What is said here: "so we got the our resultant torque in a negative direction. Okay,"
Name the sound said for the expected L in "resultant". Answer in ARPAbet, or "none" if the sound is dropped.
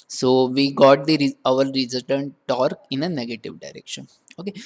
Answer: none